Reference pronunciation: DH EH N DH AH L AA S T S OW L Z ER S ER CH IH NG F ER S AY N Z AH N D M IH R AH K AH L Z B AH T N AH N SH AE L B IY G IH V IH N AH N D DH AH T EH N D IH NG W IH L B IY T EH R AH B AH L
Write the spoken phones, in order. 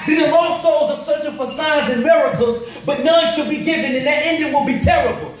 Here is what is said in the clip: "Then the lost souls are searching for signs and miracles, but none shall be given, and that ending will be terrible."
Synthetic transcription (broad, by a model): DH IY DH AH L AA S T S OW L Z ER S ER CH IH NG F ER S AY Z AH N M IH R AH K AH L Z B AH T N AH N SH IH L B IY G IH V IH N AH N DH AH T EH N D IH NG W IH L B IY T EH R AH B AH L